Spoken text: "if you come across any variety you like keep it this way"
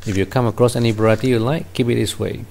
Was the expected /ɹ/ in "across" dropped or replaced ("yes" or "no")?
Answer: no